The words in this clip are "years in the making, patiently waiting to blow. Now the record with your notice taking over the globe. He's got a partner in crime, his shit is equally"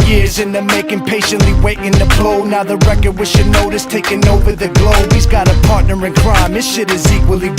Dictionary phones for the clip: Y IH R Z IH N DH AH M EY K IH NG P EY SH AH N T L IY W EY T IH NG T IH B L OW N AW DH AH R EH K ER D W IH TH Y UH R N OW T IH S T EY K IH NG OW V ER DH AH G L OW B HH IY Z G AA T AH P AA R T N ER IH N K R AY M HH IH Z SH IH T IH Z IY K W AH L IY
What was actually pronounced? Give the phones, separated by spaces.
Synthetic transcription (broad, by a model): Y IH R Z IH N DH AH M EY K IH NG P EY SH AH N T L IY W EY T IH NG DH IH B L OW N AW DH AH R EH K ER D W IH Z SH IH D N OW T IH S T EY K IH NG OW V ER DH AH G L OW B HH IY Z G AA T AH P AA R T N ER IH N K R AY M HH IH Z SH IH T IH Z IY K W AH L IY